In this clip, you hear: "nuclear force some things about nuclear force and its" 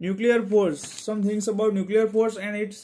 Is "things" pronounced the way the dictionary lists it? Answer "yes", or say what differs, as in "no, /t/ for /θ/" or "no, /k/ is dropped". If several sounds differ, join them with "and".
no, /t/ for /θ/ and /s/ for /z/